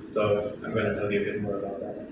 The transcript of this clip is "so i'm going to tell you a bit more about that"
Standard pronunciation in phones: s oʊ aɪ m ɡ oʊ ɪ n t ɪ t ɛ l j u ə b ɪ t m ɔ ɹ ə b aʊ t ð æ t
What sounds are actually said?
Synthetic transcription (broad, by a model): s oʊ aɪ m ɡ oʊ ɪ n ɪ t ɛ l j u ə b ɪ t m ɔ ɹ ə b aʊ t ð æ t